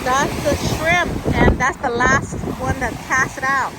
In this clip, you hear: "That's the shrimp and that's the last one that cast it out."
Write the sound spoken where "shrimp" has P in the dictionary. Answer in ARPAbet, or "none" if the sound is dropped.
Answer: none